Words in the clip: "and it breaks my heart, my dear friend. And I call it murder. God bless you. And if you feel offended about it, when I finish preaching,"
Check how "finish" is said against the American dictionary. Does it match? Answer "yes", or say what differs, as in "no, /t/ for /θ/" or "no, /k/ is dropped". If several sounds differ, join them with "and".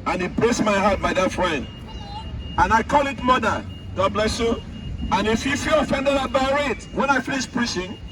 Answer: no, /l/ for /n/ and /s/ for /ʃ/